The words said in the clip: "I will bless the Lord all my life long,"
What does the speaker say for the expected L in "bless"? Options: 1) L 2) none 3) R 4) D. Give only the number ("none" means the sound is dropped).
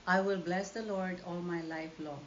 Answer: 1